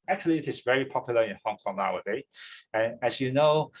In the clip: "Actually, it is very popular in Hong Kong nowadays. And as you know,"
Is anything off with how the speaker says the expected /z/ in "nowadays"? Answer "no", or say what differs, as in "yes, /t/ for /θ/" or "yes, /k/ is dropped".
yes, /z/ is dropped